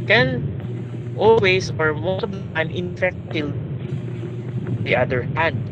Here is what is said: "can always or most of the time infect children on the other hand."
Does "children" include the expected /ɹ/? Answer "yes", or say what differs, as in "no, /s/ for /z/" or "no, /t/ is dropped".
no, /ɹ/ is dropped